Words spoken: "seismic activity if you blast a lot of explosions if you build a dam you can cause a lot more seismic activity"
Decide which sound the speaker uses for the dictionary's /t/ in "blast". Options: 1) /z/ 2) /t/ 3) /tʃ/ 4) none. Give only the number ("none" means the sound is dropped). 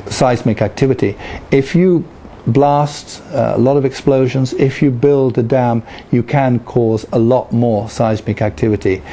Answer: 2